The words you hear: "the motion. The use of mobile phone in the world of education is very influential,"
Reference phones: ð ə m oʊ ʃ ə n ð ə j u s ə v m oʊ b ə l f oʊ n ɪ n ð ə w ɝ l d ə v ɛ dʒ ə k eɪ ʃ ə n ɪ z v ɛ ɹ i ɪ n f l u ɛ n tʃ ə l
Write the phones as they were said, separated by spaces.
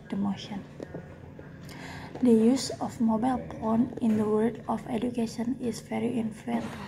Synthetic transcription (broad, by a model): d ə m oʊ ʃ ə n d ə j u s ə f m oʊ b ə l p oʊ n ɪ n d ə w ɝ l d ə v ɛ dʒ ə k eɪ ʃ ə n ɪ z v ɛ ɹ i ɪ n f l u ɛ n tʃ